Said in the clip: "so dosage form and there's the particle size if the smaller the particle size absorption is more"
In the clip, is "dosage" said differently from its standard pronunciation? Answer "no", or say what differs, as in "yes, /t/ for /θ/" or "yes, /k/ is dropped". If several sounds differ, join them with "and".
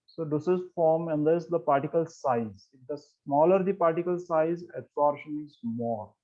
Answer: yes, /z/ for /dʒ/